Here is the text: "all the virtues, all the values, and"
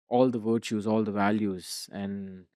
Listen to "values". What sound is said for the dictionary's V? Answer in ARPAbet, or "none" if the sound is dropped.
V